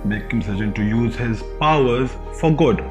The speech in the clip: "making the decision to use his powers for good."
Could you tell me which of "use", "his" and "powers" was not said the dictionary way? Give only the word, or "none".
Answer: none